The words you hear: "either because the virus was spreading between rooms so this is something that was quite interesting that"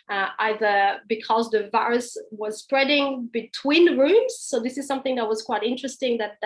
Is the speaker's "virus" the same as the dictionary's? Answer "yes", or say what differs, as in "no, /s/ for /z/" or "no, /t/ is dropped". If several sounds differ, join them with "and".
yes